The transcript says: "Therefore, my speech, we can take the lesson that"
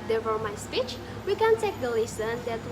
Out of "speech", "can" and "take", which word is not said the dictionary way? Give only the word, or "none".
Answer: none